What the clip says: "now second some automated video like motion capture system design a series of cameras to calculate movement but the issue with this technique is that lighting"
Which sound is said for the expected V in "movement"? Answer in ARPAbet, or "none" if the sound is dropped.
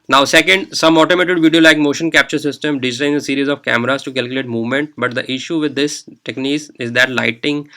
V